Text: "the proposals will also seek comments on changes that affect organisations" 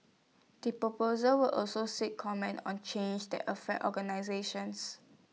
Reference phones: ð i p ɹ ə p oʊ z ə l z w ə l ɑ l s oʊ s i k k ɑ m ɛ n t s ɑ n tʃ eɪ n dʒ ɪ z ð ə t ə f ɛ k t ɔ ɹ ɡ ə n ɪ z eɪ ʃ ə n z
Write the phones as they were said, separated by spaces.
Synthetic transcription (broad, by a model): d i p ɹ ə p oʊ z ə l w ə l ɑ l s oʊ s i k k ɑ m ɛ n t ɑ n tʃ eɪ n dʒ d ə t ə f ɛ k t ɔ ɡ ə n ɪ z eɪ ʃ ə n s